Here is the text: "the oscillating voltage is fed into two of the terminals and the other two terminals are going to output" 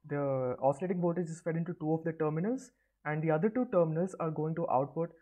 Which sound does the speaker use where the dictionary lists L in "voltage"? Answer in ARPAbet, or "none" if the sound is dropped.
none